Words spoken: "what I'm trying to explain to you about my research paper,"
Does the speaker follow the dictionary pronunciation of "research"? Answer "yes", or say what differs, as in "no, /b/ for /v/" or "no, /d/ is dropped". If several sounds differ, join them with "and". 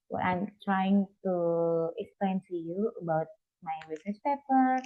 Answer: no, /s/ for /tʃ/